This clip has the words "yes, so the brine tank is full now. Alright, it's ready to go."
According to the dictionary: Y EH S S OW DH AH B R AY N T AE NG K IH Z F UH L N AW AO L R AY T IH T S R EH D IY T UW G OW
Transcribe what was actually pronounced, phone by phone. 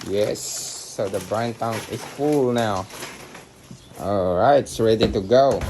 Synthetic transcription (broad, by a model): Y EH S S OW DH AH B R AY N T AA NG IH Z F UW L N AW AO L R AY IH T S R EH D IY T UW G OW